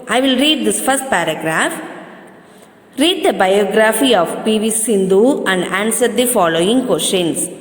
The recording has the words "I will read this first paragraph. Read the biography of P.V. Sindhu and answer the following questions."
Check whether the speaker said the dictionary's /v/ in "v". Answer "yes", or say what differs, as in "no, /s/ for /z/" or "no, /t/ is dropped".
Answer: yes